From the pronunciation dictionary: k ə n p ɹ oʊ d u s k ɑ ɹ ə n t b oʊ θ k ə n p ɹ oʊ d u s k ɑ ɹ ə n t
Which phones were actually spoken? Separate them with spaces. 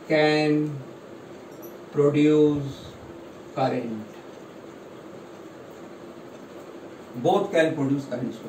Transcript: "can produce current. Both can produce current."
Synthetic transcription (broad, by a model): k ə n p ɹ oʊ d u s k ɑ ɹ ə n t b oʊ t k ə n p ɹ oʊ d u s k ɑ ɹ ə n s